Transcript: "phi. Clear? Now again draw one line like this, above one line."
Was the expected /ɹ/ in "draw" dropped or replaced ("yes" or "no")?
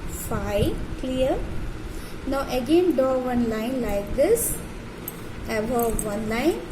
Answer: yes